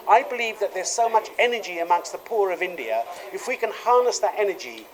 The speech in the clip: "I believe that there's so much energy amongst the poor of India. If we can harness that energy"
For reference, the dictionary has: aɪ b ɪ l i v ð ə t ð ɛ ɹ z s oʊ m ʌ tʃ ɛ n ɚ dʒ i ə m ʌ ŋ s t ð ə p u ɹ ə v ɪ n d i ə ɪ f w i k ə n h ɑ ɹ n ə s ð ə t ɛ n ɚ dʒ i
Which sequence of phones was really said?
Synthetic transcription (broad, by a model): aɪ b ɪ l i v ð ə t ð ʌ ɹ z s oʊ m ʌ tʃ ɛ n ɚ dʒ i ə m ʌ ŋ s t ð ə p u ɹ ə v ɪ n d i ə ɪ f w i k ə n h ɑ ɹ n ə s ð ə t ɛ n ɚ dʒ i